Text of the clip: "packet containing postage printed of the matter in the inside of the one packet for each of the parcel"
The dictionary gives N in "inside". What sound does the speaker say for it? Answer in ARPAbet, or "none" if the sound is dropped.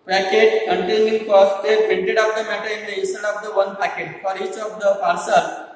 none